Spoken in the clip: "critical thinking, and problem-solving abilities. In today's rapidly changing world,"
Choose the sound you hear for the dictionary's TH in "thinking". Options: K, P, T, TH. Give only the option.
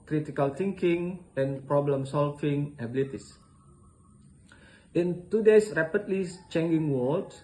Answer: T